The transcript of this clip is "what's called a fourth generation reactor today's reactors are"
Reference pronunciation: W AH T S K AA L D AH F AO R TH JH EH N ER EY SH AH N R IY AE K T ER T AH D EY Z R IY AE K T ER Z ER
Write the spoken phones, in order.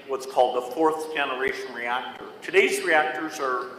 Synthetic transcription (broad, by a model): W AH T S K AA L D AH F AO R TH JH EH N ER EY SH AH N R IY AE K T ER T AH D EY Z R IY AE K T ER Z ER